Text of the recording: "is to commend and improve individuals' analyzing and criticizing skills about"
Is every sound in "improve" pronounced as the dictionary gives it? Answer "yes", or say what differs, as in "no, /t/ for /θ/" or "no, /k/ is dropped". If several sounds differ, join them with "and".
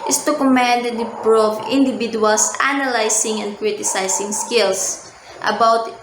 no, /m/ is dropped